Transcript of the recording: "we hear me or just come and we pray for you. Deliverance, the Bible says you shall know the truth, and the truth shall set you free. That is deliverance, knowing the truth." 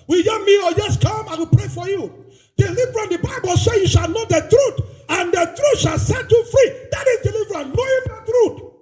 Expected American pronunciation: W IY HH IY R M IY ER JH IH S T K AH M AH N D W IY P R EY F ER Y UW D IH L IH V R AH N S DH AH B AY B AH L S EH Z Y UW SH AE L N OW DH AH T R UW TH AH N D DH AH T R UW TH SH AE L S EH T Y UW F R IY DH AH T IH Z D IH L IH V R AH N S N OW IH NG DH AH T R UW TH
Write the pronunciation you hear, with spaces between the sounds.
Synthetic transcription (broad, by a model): W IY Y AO M IY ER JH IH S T K AH M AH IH W IY P R EY F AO Y UW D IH L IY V R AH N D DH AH B AY B AH L S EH Y UW SH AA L N OW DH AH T R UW T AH N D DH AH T R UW T SH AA L S EH T Y UW F R IY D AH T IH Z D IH L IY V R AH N N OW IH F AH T R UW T